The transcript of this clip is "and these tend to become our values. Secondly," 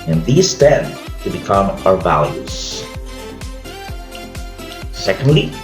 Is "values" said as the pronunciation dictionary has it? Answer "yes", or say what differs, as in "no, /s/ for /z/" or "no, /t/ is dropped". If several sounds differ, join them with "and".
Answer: yes